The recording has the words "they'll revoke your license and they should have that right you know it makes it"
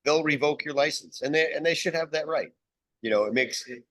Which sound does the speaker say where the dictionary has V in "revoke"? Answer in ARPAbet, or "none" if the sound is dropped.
V